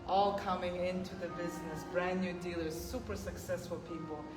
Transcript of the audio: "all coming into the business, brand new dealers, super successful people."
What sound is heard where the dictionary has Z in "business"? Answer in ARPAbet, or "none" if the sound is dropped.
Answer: Z